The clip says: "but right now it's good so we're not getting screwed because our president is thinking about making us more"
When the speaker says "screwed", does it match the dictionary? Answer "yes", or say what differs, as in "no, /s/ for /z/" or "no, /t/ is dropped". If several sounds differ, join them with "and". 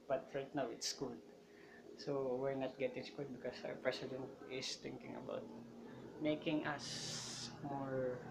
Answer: no, /ɹ/ is dropped